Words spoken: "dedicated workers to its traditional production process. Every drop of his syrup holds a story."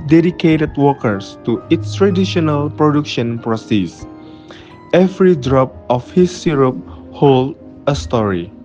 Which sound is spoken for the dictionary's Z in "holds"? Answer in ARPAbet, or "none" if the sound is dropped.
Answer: none